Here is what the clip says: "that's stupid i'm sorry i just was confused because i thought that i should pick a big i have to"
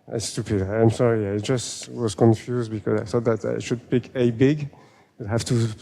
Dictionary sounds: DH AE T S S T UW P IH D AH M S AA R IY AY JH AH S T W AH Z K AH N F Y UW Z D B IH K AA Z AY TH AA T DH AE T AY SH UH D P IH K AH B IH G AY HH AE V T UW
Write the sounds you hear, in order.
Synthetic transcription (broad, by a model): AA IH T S S T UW P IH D AH M S AA R IY AY JH AH S T W AH Z K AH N F Y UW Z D B IH K AA Z AY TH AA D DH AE T AY SH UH D P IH K AH B IH G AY HH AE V T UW